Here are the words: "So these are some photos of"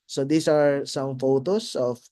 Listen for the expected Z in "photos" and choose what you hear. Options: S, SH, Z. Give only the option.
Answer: S